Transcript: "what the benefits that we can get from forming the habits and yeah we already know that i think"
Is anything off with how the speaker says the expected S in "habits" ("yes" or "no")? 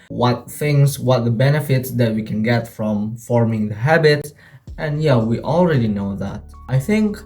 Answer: yes